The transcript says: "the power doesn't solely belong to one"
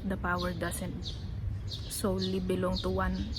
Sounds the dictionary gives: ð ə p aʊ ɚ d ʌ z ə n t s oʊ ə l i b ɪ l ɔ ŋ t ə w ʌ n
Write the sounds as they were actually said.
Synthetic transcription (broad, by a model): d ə p aʊ ɚ d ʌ s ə n t s oʊ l l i b ɪ l ɔ ŋ t ə w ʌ n